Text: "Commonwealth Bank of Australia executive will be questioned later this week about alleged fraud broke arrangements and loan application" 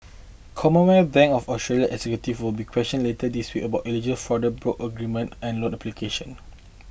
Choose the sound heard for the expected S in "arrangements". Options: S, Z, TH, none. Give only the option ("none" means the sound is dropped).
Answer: none